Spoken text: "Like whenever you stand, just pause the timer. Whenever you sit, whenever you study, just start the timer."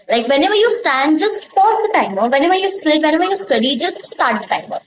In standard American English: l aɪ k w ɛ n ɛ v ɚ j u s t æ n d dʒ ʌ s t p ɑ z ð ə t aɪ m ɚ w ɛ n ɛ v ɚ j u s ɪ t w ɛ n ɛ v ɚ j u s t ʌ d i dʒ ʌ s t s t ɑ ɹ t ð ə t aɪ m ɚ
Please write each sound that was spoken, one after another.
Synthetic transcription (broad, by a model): l aɪ k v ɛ n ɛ v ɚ j u s t æ n d dʒ ʌ s t f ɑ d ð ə t aɪ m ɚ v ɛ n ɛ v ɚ j u s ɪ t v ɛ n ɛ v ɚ j u s t ʌ d i dʒ ʌ s t s t ɑ ɹ t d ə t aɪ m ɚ